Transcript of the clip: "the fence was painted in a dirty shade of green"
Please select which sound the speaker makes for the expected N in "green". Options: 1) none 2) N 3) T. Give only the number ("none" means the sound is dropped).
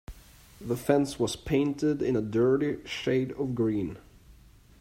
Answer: 2